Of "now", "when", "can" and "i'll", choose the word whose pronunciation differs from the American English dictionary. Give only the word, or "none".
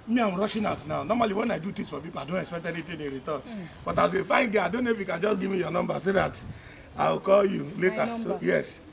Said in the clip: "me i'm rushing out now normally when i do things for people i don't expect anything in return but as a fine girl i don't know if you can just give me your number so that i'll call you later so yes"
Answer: i'll